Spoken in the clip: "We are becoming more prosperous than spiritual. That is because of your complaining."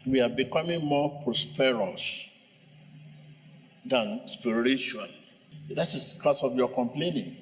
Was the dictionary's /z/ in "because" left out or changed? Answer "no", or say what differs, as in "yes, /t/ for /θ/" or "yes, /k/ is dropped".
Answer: yes, /s/ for /z/